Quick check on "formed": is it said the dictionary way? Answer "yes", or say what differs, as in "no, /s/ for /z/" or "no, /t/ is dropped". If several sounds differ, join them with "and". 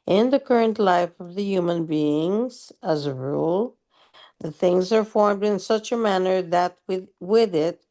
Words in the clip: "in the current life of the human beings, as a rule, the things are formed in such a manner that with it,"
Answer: yes